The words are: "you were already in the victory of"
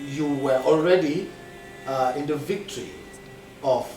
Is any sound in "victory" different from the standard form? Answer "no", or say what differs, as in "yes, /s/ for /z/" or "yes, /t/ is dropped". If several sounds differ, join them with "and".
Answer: no